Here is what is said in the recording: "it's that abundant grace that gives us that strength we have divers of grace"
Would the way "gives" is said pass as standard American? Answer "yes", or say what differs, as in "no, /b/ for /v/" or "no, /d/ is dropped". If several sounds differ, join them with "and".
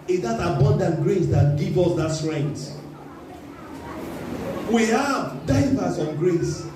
no, /z/ is dropped